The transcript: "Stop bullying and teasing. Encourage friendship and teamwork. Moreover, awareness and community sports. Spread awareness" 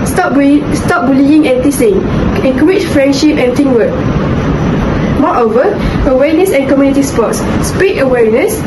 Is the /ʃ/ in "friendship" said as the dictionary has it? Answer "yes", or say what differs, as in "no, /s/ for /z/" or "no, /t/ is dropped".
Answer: yes